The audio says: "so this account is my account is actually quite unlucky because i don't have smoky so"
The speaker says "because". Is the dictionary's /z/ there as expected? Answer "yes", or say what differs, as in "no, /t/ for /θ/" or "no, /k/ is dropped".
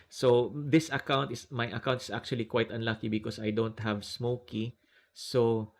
no, /s/ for /z/